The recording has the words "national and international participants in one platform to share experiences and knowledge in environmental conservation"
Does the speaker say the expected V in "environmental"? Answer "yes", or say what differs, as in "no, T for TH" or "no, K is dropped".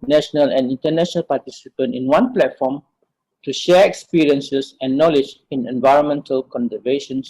yes